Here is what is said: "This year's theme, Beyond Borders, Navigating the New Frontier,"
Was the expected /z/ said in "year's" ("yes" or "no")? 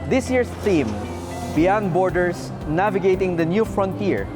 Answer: no